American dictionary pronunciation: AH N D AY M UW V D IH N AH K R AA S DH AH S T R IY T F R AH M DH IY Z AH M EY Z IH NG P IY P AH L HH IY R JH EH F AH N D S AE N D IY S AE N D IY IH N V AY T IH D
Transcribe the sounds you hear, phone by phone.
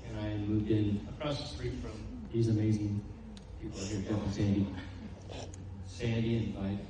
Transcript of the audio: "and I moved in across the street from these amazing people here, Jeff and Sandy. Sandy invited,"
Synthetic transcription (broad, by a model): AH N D AY M UW V D IH N AH K R AA S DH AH S T R IY T F R AH M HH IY Z AH M EY Z IH NG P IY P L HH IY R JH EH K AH S AE N D IY S AE N D IY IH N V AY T